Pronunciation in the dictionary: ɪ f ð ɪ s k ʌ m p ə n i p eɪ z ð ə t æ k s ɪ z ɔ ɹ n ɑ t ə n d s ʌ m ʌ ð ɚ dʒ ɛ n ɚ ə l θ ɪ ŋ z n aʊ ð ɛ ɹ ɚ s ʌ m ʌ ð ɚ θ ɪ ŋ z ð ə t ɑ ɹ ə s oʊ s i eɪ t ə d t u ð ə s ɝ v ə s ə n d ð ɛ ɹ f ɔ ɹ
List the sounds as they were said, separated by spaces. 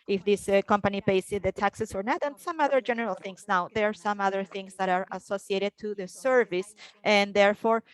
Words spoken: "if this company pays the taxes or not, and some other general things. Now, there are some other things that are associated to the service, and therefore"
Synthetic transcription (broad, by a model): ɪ f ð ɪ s k ʌ m p ə n i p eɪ s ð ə t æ k s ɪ s ɔ ɹ n ɑ t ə n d s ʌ m ʌ ð ɚ dʒ ɛ n ɚ ə l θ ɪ ŋ s n aʊ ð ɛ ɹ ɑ s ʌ m ʌ ð ɚ θ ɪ ŋ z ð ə t ɑ ɹ ə s oʊ s i eɪ t ə d t u ð ə s ɝ v ə s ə n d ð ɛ ɹ f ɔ ɹ